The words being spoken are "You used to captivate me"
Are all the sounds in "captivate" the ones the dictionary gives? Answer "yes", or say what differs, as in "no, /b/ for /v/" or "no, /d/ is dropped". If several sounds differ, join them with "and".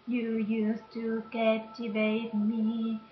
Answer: no, /p/ is dropped